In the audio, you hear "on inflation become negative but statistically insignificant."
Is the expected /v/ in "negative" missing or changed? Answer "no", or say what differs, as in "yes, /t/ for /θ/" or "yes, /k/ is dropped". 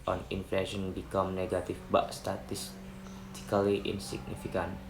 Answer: yes, /f/ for /v/